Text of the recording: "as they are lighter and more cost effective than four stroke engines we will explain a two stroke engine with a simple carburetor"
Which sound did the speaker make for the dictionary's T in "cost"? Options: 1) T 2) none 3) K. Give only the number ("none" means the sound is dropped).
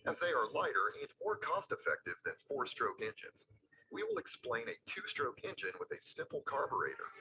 1